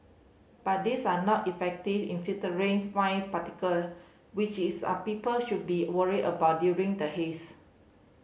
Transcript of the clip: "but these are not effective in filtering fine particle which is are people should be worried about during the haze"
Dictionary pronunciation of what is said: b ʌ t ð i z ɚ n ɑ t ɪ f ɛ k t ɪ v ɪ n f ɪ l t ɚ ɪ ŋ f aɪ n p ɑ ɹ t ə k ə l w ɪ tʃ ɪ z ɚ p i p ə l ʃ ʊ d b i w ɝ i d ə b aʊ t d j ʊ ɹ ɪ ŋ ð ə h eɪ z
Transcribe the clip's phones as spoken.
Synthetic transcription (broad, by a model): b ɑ t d i s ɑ n ɑ t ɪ f ɛ k t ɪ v ɪ n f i t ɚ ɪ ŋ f aɪ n p ɑ t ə k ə l w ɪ tʃ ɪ s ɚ p i p ə l ʃ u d b i w ɝ i d ə b aʊ t d j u ɹ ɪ ŋ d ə h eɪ s